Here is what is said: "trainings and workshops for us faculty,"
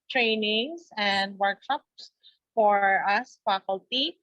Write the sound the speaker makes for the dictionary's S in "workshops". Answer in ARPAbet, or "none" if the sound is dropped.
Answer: S